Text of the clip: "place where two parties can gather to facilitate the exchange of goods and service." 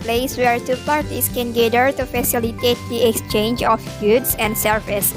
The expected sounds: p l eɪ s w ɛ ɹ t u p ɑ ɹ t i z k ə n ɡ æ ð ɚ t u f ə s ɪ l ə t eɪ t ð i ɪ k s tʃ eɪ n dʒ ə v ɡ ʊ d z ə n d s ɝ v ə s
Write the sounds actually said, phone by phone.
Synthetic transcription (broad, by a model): p l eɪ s w ɛ ɹ t u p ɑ ɹ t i s k ə n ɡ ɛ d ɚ t u f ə s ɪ l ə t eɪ t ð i ɪ k s tʃ eɪ n dʒ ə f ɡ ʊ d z ə n d s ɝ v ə s